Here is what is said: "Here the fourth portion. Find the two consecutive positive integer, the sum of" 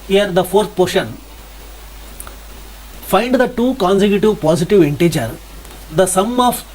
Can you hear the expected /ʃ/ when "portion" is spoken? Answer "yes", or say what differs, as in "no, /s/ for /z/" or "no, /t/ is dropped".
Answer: yes